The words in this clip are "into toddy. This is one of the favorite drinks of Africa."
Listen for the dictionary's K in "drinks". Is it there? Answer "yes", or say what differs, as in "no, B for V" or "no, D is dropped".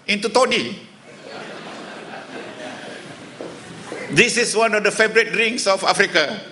no, K is dropped